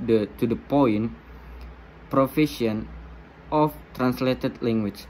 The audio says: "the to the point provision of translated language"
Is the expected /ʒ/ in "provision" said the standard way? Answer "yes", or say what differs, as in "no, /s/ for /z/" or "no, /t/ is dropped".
no, /s/ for /ʒ/